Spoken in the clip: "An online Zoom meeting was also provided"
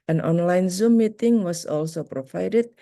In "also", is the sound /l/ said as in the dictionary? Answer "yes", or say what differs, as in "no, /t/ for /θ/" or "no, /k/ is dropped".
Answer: yes